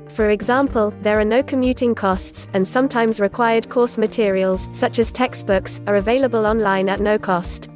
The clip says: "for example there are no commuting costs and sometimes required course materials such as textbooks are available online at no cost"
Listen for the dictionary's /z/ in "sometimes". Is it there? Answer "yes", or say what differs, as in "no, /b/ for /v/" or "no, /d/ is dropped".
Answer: yes